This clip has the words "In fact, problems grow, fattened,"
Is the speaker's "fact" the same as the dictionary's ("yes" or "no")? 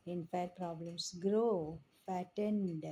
no